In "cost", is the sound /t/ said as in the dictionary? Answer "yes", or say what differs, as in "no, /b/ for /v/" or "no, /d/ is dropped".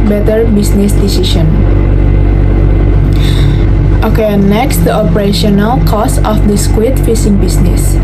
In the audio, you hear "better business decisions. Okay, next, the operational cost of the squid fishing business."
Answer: no, /t/ is dropped